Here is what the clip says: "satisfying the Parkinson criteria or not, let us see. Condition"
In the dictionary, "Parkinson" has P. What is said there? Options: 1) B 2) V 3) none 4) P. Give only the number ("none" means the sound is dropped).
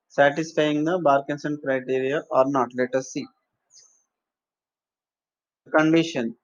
1